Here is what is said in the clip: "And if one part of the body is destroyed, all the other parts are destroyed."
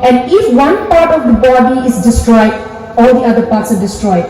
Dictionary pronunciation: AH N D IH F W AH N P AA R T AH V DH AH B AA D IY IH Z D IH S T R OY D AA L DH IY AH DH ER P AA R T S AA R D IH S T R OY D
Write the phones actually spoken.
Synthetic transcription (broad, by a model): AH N D IH F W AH N P AA R T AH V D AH B AA D IY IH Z D IH S T R OY D AA L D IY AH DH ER P AA R T S AA R D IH S T R OY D